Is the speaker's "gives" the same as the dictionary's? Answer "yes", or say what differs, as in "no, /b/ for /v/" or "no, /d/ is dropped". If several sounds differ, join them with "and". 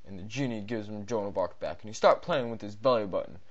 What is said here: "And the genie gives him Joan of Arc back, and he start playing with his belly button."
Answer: yes